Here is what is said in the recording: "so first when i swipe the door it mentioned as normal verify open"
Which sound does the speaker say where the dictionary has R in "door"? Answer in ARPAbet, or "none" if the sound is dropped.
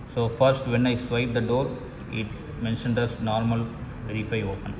R